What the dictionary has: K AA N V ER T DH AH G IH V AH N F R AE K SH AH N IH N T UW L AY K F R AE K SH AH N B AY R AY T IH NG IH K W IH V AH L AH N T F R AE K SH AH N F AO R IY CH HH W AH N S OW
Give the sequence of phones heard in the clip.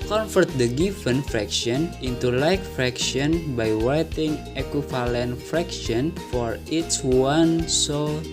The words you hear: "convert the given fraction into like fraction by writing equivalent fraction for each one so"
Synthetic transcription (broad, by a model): K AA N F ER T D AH G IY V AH N F R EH K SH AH N IH N T UW L AY K F R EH K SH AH N B AY W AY T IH NG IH K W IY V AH L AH N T F R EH K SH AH N F AO R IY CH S W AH N S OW